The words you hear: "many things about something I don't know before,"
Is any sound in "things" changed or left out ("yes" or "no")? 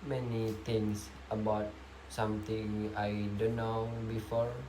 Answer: yes